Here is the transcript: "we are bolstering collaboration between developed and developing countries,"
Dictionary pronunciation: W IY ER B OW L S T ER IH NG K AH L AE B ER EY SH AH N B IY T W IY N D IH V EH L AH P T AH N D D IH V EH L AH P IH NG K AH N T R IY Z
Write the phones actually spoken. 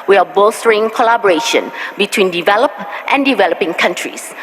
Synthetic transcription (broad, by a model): W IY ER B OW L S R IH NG K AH L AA B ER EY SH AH N B IY T W IY N D IH V EH L AH P T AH N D D IH V EH L AH P IH NG K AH N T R IY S